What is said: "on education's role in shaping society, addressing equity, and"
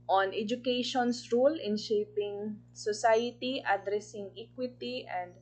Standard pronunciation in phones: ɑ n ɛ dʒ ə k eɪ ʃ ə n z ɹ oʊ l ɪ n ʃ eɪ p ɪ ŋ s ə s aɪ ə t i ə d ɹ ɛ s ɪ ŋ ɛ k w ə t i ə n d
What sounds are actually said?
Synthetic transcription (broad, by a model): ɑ n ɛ dʒ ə k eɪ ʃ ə n s ɹ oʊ l ɪ n ʃ eɪ p ɪ ŋ s ə s aɪ ə t i ə d ɹ ɛ s ɪ ŋ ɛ k w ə t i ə n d